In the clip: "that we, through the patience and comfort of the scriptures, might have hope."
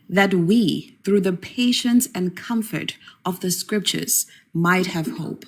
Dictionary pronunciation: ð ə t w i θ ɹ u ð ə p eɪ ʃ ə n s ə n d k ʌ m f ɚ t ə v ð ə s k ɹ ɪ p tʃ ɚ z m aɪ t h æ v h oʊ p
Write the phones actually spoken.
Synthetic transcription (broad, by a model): ð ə t w i θ ɹ u ð ə p eɪ ʃ ə n s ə n k ʌ m f ɚ t ə v ð ə s k ɹ ɪ p tʃ ɚ z m aɪ t h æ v h oʊ p